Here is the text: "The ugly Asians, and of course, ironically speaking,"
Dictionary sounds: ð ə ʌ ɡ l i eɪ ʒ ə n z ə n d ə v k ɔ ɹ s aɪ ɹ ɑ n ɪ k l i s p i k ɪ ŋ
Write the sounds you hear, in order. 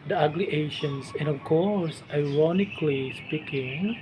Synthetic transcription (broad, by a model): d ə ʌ ɡ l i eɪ ʃ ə n s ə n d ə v k ɔ ɹ s aɪ ɹ ɑ n ɪ k l i s p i k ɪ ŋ